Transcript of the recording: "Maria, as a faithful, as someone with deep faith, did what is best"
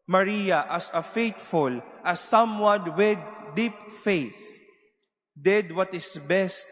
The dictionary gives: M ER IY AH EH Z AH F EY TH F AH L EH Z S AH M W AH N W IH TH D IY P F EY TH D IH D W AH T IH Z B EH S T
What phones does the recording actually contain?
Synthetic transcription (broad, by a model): M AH IY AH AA S AH F EY T F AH L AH S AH M W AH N W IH D IY P F EY TH D IH D W AH T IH S B EH S T